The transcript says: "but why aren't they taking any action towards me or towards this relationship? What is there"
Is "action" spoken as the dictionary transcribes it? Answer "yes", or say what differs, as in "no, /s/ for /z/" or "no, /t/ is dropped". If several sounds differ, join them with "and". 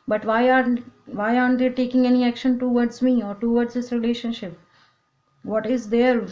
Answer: yes